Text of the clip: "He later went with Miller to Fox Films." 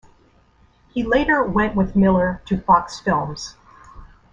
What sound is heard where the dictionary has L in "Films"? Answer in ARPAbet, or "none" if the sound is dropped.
L